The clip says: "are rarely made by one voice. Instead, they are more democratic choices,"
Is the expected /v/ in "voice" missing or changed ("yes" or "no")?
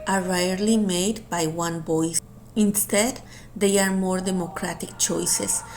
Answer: yes